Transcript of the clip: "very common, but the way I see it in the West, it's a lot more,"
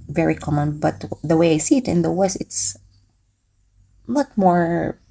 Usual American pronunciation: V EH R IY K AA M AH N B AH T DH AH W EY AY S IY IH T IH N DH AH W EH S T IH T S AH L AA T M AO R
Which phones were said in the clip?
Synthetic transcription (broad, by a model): V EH R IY K AA M AH N B AH T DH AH W EY AY S IY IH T IH N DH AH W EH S IH T S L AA T M AO R